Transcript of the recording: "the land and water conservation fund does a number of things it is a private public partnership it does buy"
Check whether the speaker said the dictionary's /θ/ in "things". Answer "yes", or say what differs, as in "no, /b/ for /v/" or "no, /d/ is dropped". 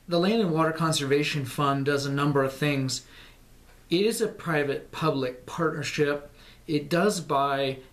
yes